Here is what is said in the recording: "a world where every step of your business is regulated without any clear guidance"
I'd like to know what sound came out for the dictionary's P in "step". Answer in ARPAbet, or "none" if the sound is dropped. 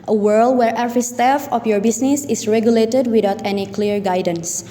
F